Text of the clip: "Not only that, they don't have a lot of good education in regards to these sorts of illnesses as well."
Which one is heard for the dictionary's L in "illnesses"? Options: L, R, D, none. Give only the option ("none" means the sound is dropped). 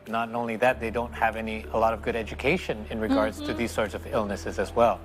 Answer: L